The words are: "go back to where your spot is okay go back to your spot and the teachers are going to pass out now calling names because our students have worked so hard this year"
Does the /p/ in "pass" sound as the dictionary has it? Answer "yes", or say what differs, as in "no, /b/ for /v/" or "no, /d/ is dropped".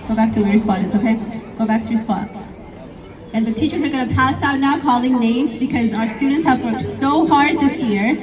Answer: yes